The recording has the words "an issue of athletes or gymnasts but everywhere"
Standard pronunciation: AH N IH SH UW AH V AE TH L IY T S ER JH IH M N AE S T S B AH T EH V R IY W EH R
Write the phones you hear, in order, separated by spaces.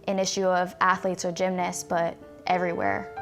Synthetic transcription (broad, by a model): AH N IH SH UW AH V AE TH L IY T S ER JH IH M N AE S S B AH T EH V R IY W EH R